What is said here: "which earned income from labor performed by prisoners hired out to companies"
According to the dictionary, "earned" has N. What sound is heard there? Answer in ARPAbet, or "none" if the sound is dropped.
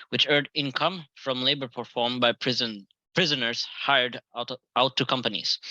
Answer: none